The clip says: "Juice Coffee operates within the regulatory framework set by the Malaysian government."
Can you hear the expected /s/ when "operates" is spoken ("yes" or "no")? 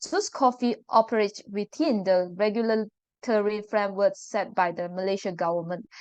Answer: no